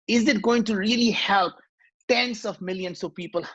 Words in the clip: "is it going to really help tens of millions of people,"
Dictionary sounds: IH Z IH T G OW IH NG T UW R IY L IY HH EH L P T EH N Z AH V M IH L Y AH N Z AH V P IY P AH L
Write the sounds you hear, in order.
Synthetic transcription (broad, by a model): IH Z IH T G OW IH NG T UW R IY L IY HH EH L P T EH N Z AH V M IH L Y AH N S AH P IY P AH L